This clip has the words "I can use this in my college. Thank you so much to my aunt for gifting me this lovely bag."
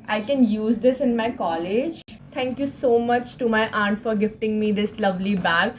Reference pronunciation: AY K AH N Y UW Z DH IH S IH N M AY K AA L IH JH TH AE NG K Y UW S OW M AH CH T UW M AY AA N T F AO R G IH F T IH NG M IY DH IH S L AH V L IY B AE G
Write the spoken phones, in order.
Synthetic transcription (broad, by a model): AY K AH N Y UW Z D IH S IH N M AY K AA L IH JH T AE NG K Y UW S OW M AH CH T UW M AY AA N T F AO R G IH F T IH NG M IY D IH S L AH V L IY B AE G